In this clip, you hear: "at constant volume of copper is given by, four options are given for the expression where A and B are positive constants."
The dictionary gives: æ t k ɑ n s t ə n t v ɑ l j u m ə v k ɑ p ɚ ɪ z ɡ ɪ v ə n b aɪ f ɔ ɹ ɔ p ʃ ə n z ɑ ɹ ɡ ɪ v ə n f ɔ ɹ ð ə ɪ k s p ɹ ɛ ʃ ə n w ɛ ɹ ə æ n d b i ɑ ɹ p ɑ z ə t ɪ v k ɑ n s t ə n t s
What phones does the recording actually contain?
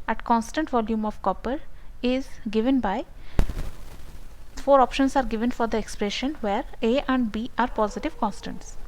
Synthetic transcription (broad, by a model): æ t k ɑ n s t ə n t v ɑ l j u m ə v k ɑ p ɚ ɪ z ɡ ɪ v ə n b aɪ f ɔ ɹ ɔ p ʃ ə n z ɑ ɹ ɡ ɪ v ə n f ɔ ɹ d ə ɪ k s p ɹ ɛ ʃ ə n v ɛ ɹ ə æ n d b i ɑ ɹ p ɑ z ə t ɪ v k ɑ n s t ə n t s